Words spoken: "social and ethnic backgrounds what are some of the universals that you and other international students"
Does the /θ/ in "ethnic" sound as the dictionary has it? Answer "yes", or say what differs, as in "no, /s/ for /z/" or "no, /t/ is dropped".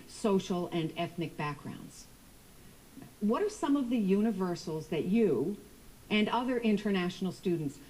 yes